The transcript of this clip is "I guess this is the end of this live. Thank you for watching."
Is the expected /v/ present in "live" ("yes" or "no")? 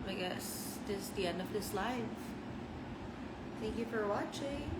no